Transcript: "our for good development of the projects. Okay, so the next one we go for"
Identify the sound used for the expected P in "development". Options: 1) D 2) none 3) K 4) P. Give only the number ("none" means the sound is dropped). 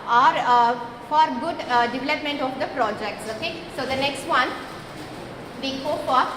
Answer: 4